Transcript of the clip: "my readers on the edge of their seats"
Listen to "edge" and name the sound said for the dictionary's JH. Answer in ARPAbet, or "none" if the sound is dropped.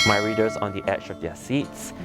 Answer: CH